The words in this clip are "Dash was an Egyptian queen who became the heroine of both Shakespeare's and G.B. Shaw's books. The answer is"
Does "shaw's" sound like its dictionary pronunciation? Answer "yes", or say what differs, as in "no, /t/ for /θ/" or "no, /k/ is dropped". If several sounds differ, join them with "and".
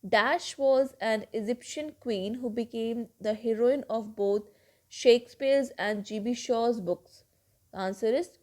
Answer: yes